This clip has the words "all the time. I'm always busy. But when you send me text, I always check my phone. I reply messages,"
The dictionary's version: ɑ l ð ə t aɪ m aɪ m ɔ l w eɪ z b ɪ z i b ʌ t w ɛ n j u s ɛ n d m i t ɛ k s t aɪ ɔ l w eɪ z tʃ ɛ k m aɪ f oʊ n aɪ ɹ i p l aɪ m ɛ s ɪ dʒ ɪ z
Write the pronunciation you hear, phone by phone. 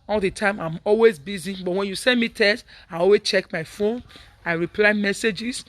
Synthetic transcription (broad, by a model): ɑ l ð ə t aɪ m aɪ m ɔ l w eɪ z b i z i b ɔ t w ɛ n j u s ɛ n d m i t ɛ s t aɪ ɔ l w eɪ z tʃ ɛ k m aɪ f oʊ n aɪ ɹ i p l aɪ m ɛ s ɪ dʒ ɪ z